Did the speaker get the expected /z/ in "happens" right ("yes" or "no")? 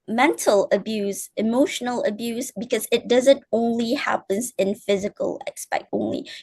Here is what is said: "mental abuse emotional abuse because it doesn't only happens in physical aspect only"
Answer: yes